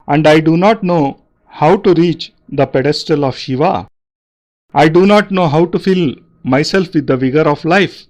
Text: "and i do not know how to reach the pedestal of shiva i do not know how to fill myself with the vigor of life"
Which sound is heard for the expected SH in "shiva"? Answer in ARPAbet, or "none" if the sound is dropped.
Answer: SH